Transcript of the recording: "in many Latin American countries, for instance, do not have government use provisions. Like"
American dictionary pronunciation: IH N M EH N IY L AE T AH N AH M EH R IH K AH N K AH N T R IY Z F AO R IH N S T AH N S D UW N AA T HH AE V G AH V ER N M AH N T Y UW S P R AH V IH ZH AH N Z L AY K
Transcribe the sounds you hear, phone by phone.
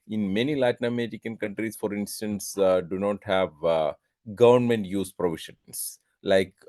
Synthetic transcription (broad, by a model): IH N M EH N IY L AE T N AH M EH R IH K AH N K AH N T R IY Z F AO R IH N S T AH N S D UW N AA T HH AE V G AH V ER N M AH N T Y UW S P R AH V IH SH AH N S L AY K